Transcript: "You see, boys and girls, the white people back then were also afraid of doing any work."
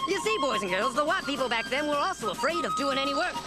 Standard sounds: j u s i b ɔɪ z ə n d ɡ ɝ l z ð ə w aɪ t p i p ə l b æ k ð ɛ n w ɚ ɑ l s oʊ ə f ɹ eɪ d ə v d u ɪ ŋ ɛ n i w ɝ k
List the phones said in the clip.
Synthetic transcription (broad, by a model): j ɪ s i b ɔɪ z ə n ɡ ɝ l z ð ə w aɪ t p i p l b æ k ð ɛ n w ɚ ɑ l s oʊ ə f ɹ eɪ d ə v d u ɪ ŋ ɛ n i w ɝ k